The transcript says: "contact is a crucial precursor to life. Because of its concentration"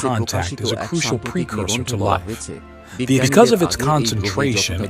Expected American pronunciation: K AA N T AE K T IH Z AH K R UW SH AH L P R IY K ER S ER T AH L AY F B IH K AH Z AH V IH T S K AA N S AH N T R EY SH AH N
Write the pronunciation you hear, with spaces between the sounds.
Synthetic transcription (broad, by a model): AA N T AE K T IH Z AH K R UW SH L P R IY K ER S ER T AH L AY F B IH K AH Z AH V IH T S K AA N S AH N T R EY SH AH N